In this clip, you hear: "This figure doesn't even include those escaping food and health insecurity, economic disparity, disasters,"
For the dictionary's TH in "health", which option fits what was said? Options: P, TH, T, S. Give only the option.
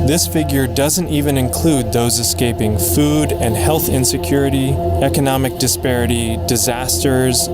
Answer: TH